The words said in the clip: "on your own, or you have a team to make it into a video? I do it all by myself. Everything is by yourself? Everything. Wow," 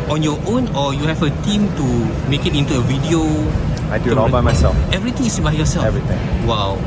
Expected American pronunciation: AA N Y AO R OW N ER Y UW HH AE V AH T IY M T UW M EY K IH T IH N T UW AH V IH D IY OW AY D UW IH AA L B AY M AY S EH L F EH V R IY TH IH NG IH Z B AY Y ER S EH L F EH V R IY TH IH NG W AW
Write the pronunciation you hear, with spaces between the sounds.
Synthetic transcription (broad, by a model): AA N Y AO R OW N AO Y UW HH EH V AH T IY M T UW M EY K IH T IH N T UW AH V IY D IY OW AY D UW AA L B AY M AY S EH L F EH V R IY T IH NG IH S B AY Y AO S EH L EH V R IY T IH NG W AW